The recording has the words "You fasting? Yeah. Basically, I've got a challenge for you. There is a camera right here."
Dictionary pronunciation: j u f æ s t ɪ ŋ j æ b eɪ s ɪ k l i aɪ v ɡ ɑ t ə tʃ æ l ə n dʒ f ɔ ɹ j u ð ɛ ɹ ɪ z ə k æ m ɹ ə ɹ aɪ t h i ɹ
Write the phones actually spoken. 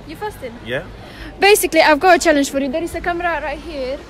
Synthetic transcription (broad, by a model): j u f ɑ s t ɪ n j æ b eɪ s ɪ k l i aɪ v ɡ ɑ ə tʃ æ l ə n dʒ f ɔ ɹ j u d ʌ ɹ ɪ s ə k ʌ m ɹ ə ɹ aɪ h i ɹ